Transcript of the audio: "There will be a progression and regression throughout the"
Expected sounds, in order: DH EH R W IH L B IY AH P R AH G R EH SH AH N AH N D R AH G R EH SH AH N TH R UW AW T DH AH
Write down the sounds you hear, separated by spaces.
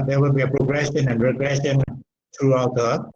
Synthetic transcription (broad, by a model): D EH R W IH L B IY AH P R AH G R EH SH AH N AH N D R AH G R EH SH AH N T R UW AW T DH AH